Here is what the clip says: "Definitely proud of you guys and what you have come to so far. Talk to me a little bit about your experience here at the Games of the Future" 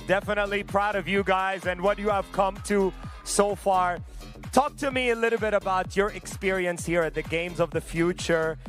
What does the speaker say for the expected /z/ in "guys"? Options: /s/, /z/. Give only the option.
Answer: /z/